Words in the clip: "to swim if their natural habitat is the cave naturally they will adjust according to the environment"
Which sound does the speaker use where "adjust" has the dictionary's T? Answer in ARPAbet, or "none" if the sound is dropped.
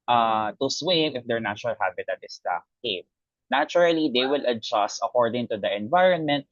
T